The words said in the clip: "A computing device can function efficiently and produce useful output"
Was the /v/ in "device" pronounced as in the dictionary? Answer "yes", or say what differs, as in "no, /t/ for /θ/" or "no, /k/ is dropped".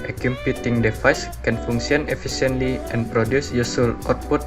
no, /f/ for /v/